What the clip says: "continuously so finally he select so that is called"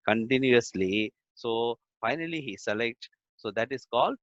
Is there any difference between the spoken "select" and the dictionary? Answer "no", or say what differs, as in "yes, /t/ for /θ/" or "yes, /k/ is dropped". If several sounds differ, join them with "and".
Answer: no